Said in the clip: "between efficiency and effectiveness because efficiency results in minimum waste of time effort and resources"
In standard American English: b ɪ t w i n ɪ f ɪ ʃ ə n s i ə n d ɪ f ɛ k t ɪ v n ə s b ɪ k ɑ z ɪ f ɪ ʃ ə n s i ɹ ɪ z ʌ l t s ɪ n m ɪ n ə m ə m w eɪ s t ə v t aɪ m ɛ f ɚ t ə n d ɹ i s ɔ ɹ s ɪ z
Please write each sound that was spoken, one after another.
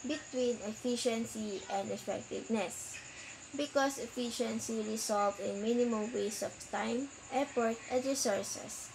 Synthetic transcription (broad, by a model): b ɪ t w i n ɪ f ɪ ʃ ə n s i ə n d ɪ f ɛ k t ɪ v n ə s b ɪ k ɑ s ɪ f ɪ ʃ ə n s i ɹ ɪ s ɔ l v ɪ n m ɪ n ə m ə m w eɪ s ə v t aɪ m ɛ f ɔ t ə n d ɹ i s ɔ ɹ s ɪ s